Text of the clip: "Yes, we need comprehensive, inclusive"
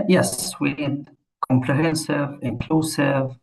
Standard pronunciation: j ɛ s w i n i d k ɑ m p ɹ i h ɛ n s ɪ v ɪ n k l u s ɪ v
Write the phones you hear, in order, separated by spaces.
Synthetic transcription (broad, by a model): j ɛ s w i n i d k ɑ m p l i h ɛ n s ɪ v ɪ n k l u s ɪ v